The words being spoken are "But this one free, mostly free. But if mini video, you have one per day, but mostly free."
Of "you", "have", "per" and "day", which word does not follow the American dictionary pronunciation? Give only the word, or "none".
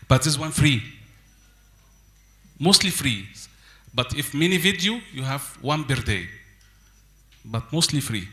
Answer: per